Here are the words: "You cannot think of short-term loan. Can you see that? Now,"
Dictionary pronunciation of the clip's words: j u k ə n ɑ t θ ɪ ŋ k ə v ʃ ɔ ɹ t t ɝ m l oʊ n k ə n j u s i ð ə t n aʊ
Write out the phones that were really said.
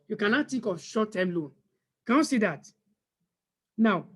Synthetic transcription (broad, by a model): j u k ə n ɑ t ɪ k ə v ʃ ɔ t t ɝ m l oʊ n k ə n j u s i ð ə t n aʊ